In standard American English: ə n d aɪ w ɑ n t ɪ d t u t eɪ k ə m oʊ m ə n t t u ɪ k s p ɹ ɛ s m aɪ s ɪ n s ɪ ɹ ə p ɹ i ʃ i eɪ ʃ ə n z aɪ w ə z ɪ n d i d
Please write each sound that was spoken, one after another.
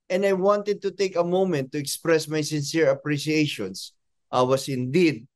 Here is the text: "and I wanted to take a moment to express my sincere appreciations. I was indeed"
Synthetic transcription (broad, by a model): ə n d aɪ w ɑ n t ɪ d t u t eɪ k ə m oʊ m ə n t t u ɪ k s p ɹ ɛ s m aɪ s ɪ n s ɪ ɹ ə p ɹ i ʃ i eɪ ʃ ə n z aɪ w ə s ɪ n d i d